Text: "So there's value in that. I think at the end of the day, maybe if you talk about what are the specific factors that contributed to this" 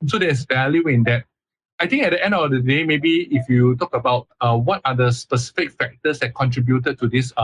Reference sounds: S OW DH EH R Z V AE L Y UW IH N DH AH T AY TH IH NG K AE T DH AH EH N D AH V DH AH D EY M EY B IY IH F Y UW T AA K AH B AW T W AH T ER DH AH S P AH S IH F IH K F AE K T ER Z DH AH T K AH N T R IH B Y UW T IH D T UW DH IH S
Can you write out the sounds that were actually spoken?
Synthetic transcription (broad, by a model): S OW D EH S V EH L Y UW IH N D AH T AY T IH NG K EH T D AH EH N D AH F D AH D EY M EY B IY IH F Y UW T AA K AH B AW T W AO T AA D AH S P AH S IH F IH K F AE K T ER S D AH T K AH N T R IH B Y UW T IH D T UW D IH S